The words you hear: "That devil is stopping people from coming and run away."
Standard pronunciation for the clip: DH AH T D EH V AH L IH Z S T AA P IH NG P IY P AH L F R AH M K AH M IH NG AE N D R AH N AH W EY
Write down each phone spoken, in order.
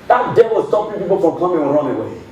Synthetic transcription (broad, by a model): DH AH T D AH W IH S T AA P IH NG P IY P AH L F R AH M K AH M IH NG R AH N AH W EY